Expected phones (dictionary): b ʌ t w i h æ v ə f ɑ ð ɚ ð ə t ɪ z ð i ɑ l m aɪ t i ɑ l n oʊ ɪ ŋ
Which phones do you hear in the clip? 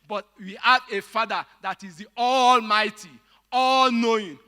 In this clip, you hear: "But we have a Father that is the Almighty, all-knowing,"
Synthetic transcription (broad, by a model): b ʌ t w i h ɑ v ə f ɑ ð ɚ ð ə t ɪ z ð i ɑ l m aɪ t i ɑ l n oʊ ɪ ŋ